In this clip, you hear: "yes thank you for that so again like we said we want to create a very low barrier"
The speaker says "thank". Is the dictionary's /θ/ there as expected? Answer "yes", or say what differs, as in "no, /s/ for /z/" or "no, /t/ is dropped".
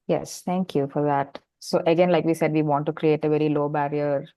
no, /t/ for /θ/